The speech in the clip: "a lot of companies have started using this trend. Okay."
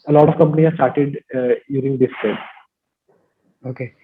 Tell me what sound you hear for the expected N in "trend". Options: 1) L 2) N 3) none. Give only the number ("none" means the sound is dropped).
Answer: 3